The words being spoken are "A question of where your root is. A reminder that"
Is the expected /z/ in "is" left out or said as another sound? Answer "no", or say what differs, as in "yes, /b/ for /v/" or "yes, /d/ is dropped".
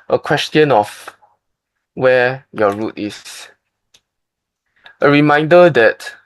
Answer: yes, /s/ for /z/